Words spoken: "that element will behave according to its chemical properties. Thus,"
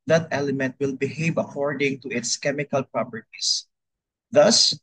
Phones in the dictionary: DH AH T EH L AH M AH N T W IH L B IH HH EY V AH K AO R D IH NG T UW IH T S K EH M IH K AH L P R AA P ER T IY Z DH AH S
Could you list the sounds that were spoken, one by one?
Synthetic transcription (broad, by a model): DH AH T EH L AH M AH N T W IH L B IH HH EY V AH K AO R D IH NG T UW IH T S K EH M IH K AH L P R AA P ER T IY S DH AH S